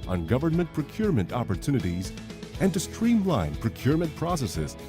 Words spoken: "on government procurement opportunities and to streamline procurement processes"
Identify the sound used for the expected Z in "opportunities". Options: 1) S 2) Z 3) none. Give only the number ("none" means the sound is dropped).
2